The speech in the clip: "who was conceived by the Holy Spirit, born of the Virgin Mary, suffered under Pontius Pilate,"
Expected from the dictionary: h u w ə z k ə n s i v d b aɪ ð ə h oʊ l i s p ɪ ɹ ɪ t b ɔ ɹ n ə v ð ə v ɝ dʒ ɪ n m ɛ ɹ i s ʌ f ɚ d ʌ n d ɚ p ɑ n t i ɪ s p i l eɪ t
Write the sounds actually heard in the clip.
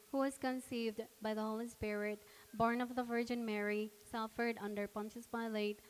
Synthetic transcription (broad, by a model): h u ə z k ə n s i v d b aɪ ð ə h oʊ l i s p ɪ ɹ ɪ t b ɔ ɹ n ə v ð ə v ɝ dʒ ɪ n m ɛ ɹ i s ʌ f ɚ d ʌ n d ɚ p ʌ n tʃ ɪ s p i l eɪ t